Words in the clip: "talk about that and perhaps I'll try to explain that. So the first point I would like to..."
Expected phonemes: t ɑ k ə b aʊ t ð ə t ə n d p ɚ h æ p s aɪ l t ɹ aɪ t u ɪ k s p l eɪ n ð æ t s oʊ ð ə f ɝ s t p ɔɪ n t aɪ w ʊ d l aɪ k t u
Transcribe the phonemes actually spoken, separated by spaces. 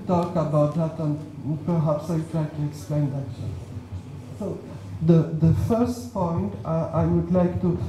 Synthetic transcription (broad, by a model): t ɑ k ə b aʊ t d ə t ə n p ɚ h æ p s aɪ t ɹ aɪ t u ɪ k s p l eɪ n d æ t s oʊ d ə f ɝ s t p ɔɪ n t aɪ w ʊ d l aɪ k t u